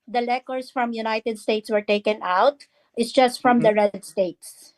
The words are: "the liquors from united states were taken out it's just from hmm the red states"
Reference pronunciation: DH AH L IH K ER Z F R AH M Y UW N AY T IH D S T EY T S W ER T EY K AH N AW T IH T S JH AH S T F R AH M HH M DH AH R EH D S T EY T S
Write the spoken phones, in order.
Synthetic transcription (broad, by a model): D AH L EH K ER S F R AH M Y UW N AY T IH D S T EY T S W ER T EY K AH N AW T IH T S JH AH S T F R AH M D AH R EH D S T EY T S